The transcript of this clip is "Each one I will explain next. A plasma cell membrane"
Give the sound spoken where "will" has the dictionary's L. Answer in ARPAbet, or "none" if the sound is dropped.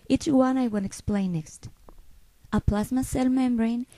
N